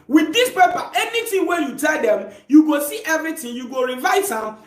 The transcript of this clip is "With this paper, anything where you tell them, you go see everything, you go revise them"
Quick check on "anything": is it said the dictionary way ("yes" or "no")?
no